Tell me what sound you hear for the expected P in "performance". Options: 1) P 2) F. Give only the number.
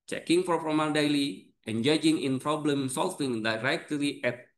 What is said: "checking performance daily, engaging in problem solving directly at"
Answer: 2